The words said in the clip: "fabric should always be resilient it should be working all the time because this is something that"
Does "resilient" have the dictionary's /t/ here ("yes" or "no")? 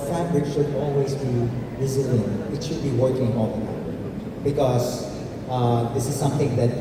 no